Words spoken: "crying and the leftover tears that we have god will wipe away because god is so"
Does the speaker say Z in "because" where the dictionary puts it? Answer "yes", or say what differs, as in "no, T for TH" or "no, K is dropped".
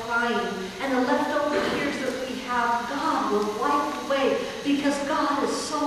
yes